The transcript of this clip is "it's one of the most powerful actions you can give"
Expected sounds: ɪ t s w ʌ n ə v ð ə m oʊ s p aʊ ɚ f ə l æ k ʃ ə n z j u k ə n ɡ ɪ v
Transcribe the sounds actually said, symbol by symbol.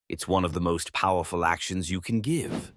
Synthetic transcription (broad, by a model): ɪ t s w ʌ n ə v ð ə m oʊ s p aʊ ɚ f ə l æ k ʃ ə n z j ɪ k n ɡ ɪ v